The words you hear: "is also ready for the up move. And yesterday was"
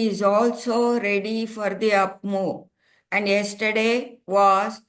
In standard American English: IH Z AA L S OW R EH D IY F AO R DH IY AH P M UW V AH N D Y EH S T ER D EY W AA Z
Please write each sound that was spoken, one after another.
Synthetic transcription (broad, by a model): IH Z AA L S OW R EH D IY F AO R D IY AH P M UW AH N D Y EH S T ER D EY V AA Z